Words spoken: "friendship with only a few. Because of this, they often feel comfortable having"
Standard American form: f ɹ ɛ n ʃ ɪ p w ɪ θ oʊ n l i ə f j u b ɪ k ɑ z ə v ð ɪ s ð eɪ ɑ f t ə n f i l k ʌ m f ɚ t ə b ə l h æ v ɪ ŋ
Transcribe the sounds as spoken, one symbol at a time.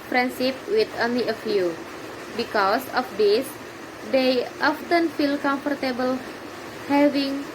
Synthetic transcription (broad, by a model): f ɹ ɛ n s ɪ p w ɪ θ oʊ n l i ə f j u b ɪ k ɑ s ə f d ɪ s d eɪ ɑ f t ə n f i l k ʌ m f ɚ t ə b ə l h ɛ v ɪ ŋ